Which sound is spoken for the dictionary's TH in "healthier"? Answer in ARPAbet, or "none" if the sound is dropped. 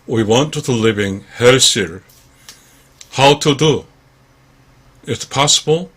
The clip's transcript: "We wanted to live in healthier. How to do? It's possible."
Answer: S